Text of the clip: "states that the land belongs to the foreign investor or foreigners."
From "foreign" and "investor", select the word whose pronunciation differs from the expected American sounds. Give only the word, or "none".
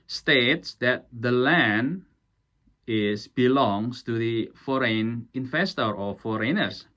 investor